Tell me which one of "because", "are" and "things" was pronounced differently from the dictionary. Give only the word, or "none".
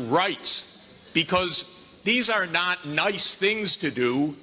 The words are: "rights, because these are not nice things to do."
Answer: none